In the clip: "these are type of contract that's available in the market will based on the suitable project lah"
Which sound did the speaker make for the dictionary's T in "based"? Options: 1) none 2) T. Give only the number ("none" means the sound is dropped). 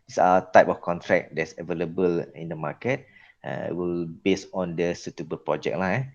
1